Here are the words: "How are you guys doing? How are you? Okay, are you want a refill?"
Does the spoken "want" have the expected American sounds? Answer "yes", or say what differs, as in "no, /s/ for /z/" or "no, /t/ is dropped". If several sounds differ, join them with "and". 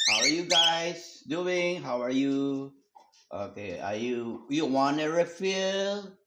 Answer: no, /t/ is dropped